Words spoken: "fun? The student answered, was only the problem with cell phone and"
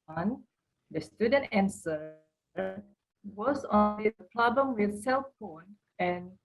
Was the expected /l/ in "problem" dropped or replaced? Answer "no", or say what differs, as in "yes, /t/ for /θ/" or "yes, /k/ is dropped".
yes, /l/ is dropped